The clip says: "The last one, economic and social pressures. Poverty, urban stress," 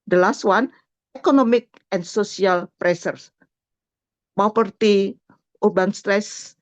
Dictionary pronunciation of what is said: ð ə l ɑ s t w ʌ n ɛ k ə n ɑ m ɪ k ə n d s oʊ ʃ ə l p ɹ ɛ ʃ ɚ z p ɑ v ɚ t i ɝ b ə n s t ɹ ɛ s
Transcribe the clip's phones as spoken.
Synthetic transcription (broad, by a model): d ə l ɑ s t w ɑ n ɛ k ə n ɑ m ɪ k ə n s oʊ s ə l p ɹ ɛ s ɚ s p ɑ p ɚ t i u b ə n s t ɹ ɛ s